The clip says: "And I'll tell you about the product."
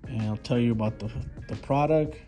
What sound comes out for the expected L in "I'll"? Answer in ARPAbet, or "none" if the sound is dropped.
L